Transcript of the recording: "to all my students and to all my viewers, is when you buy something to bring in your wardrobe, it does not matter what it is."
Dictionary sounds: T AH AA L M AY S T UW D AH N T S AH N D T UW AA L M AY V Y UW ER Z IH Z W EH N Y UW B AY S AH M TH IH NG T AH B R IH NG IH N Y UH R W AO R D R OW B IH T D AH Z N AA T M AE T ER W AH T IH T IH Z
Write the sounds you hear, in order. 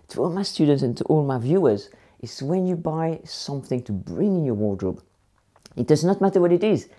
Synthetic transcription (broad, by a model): T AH AA L M AY S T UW D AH N T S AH N T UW AA L M AY V Y UW ER Z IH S W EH N Y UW B AY S AH M TH IH NG T AH B R IH NG IH N Y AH R W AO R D R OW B IH T D AH Z N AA T M AE T ER W AH T IH T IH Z